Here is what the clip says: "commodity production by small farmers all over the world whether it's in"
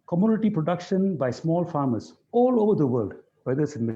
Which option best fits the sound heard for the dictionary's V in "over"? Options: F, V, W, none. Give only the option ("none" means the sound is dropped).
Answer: V